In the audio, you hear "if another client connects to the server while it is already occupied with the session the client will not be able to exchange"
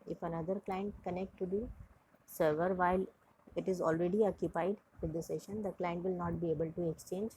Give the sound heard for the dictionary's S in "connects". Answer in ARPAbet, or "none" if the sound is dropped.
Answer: none